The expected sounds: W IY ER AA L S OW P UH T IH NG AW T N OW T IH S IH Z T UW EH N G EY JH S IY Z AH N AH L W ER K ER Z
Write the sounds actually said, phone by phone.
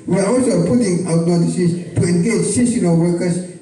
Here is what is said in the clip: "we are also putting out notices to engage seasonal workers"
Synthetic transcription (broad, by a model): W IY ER AA L S OW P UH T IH NG AW T N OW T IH S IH S T UW EH N G EY JH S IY S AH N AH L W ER K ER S